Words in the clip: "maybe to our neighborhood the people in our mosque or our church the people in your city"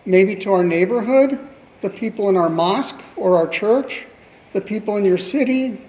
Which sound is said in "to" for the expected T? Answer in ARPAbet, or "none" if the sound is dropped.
T